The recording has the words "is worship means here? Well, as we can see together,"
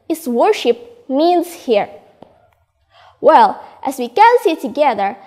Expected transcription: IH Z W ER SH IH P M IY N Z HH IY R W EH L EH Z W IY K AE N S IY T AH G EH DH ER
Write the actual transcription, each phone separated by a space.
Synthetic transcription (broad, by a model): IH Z W ER SH IH P M IY N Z HH IY R W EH L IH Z W IY K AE N S IY T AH G EH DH ER